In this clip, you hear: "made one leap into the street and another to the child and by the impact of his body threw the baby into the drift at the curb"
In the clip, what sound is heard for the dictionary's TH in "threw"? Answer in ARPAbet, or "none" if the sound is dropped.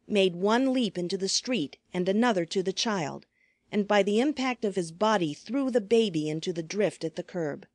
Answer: TH